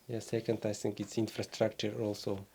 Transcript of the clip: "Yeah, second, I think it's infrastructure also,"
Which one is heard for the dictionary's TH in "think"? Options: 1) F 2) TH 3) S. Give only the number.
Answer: 3